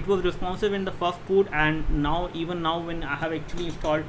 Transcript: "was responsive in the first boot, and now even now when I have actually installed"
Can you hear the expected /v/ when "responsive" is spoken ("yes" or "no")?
no